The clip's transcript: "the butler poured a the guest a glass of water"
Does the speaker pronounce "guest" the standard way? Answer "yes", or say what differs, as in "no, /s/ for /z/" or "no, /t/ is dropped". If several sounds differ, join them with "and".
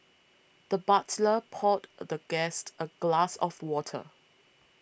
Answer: yes